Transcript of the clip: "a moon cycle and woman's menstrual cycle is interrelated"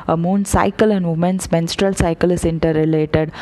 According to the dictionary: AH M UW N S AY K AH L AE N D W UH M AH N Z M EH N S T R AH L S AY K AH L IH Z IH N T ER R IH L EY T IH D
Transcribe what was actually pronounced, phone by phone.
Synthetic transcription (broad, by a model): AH M UW N S AY K AH L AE N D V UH M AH N S M EH N S T R AH L S AY K AH L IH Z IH N T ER R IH L EY T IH D